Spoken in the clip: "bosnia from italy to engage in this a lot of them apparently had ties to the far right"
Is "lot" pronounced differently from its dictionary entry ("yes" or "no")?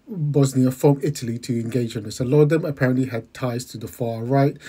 yes